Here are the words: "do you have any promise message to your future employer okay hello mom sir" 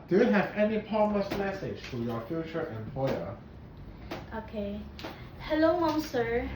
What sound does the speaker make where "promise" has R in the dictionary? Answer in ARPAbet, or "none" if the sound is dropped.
none